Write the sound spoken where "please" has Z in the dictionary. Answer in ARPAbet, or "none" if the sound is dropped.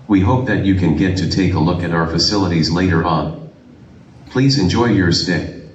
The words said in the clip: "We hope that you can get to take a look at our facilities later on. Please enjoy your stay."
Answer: Z